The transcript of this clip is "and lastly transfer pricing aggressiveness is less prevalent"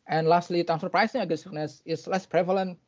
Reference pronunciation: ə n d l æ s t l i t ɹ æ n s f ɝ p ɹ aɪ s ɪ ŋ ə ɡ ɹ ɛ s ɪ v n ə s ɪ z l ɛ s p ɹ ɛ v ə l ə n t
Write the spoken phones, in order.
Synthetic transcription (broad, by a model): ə n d l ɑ s t l i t æ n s ɝ p ɹ aɪ s ɪ ŋ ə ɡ ɛ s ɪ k n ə s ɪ s l ɛ s p ɹ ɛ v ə l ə n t